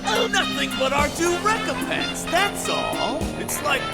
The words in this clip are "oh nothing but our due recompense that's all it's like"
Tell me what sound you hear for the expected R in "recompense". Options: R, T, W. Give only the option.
R